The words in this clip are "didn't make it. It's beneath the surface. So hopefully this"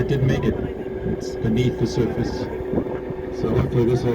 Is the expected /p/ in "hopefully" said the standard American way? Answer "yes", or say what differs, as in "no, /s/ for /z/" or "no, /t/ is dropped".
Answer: no, /p/ is dropped